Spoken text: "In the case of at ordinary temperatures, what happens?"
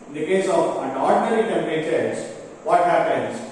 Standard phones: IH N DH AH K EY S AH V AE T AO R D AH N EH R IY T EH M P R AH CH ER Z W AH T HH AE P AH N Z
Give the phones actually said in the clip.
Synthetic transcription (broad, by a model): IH N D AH K EY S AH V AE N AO R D N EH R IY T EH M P AH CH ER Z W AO T HH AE P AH N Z